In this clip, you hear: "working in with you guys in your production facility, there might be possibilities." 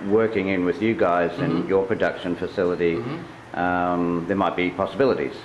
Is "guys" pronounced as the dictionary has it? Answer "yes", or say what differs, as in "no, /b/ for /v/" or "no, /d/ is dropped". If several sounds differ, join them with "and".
yes